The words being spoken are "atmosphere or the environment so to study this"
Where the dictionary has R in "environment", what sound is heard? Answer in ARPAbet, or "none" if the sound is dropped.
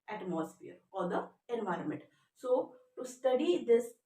R